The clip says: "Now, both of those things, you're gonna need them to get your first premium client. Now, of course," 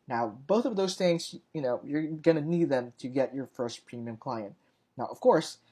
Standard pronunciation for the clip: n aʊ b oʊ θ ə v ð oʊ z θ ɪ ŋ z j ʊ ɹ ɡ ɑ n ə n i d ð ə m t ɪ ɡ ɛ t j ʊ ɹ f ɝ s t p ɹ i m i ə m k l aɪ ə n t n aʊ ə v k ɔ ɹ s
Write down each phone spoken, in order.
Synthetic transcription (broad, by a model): n aʊ b oʊ θ ə v ð oʊ z θ ɪ ŋ z j ʊ ɹ ɡ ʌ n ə n i d ð ə m t ɪ ɡ ɛ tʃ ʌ ɹ f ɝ s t p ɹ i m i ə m k l aɪ ə n t n aʊ ə v k ɔ ɹ s